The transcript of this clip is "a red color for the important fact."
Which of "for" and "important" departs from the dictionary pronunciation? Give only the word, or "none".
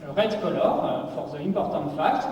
important